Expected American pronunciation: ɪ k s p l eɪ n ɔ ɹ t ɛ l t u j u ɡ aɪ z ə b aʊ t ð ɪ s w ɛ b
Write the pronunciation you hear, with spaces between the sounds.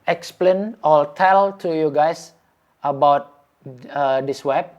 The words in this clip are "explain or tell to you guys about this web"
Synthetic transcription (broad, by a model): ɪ k s p l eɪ n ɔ l t ɛ l t u j u ɡ aɪ s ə b aʊ t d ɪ s w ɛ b